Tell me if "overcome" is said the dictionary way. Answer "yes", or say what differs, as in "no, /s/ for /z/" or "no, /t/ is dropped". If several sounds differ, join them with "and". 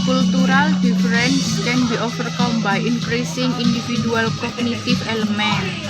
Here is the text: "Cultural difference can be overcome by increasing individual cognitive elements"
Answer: no, /f/ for /v/